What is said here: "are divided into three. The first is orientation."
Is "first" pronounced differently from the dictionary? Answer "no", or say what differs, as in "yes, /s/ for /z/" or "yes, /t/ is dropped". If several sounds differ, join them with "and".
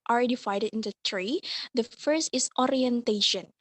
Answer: no